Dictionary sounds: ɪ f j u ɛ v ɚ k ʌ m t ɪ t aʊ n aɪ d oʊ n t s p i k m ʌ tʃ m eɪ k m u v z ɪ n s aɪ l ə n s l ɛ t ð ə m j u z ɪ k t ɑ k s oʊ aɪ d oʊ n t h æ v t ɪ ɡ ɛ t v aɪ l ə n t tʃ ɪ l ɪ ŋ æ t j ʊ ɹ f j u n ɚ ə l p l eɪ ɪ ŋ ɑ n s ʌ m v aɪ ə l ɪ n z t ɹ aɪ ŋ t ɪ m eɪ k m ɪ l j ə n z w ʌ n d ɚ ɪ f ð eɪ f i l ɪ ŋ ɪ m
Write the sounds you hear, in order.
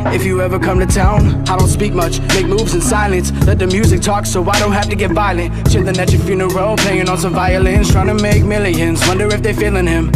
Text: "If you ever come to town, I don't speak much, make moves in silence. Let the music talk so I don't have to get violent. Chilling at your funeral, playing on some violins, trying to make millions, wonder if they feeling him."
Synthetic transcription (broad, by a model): ɪ f j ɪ ɛ v ɚ k ʌ m t ɪ t aʊ n aɪ d oʊ n t s p i k m ʌ tʃ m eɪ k m u v z ɪ n s aɪ l ə n s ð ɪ t ð ə m j u z ɪ k t ɑ k s oʊ aɪ d oʊ n t h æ f t ɪ ɡ ɛ t v aɪ l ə n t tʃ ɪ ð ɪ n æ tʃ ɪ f j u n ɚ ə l p l eɪ ɪ ŋ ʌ n s ʌ m v aɪ ə l ɪ n z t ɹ aɪ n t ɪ m eɪ k m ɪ l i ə n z w ʌ n d ɚ ɪ f ð eɪ f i l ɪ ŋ ɪ m